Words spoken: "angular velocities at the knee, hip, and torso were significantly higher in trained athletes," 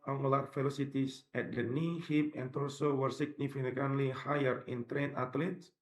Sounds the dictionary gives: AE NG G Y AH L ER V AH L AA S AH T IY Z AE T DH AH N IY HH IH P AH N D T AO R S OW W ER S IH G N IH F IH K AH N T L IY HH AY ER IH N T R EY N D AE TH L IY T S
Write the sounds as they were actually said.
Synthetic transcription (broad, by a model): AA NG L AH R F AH L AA S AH T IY S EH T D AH N IY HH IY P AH N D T AO L S OW W ER S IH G N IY F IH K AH N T L IY HH AY ER IH N T R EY N AA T L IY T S